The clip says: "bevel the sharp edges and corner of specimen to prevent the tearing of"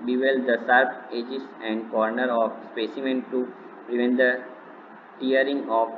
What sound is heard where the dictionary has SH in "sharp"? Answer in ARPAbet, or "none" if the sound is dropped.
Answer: S